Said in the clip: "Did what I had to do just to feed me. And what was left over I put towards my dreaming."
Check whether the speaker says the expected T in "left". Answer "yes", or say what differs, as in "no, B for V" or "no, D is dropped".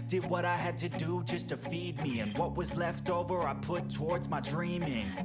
yes